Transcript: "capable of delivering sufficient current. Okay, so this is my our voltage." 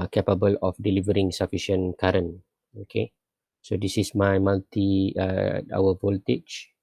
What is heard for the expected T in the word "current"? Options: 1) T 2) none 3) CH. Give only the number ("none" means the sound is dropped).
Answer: 2